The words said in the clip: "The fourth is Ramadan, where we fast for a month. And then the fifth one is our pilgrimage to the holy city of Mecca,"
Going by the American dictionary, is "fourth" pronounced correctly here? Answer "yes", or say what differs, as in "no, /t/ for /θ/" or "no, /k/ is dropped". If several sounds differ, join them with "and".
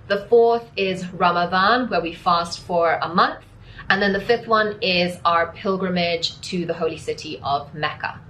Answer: yes